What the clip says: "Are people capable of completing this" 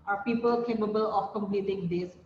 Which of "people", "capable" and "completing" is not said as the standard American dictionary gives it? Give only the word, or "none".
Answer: none